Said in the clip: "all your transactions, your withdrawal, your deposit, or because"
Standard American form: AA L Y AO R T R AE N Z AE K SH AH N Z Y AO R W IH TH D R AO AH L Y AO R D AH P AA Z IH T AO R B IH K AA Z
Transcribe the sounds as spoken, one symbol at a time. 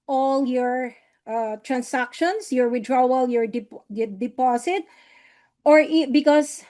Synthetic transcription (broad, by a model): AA L Y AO R T R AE N S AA K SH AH N S Y AO R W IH D R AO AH L Y AO R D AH P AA S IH T AO R B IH K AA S